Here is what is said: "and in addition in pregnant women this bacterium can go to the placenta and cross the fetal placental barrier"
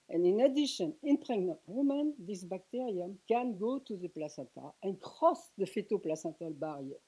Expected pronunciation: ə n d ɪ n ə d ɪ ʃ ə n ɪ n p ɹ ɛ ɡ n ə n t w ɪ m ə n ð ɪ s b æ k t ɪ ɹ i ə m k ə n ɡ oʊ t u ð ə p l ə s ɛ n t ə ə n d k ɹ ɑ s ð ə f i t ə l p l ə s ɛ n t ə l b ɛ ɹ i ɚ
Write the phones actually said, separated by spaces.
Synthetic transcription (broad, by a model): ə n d ɪ n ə d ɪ ʃ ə n ɪ n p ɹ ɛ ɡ n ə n t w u m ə n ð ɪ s b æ k t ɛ ɹ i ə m k ə n ɡ oʊ t u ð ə p l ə s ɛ t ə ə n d k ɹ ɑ s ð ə f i t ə p l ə s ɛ t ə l b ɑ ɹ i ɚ